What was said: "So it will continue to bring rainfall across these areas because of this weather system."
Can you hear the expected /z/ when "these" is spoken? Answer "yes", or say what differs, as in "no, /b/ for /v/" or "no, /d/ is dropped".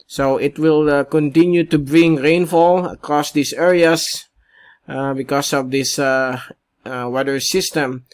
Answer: no, /s/ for /z/